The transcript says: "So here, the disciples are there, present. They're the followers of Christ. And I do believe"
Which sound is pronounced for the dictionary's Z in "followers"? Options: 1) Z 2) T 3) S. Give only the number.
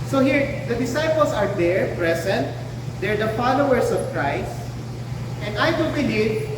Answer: 3